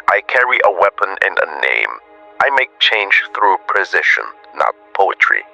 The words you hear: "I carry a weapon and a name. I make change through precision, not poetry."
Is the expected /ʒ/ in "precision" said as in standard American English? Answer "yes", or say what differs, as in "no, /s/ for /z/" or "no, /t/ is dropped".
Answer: no, /ʃ/ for /ʒ/